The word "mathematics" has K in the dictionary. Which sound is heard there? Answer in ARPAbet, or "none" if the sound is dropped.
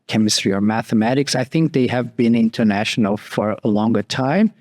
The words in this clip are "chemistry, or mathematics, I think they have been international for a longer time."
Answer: K